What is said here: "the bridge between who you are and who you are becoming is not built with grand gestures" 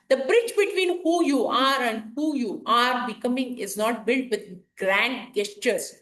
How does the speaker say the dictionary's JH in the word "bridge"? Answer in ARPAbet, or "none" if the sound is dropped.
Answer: CH